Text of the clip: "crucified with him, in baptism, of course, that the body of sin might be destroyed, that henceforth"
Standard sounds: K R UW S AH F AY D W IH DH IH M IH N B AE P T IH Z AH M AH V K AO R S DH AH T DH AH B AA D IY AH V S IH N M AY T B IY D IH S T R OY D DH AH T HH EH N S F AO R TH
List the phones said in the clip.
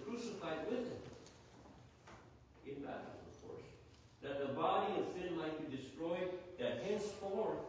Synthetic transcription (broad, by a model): K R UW S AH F AY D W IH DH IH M IH N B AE T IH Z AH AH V K AO R S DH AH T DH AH B AA D IY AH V S IH N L AY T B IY D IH S T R OY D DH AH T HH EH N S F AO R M